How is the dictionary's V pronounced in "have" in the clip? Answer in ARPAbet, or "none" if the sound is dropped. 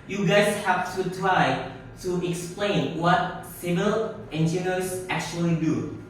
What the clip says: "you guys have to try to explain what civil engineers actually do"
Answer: F